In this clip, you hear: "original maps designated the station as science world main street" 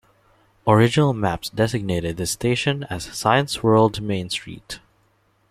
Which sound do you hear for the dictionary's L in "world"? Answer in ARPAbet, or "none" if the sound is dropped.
L